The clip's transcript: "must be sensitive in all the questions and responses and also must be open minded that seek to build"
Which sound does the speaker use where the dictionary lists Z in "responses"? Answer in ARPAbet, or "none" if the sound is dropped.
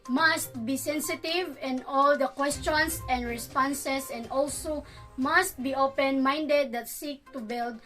S